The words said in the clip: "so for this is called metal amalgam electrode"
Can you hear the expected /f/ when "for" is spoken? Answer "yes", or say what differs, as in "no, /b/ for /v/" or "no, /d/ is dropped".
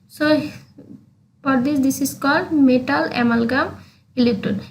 no, /p/ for /f/